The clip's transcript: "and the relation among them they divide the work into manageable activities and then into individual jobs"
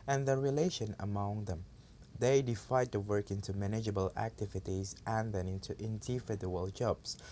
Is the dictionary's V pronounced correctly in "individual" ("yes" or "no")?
no